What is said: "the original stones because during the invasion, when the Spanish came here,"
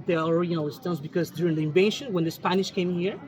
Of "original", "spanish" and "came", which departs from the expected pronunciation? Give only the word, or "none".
original